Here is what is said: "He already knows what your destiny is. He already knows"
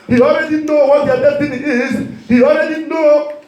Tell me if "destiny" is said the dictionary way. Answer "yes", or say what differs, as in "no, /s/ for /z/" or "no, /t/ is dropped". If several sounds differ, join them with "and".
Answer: no, /s/ is dropped